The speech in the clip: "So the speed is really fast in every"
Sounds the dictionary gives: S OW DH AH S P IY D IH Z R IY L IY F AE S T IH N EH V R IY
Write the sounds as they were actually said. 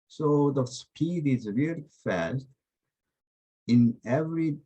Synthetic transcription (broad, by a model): S OW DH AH S P IY D IH Z R IY L IY F AE S T IH N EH V R IY